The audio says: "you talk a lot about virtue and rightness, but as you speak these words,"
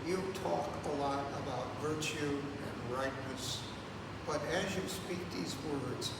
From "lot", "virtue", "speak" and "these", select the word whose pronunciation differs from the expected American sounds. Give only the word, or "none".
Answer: none